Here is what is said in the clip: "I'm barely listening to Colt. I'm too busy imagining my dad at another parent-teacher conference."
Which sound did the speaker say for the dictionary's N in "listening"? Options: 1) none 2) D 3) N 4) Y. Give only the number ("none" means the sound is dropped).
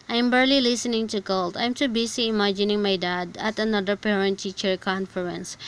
3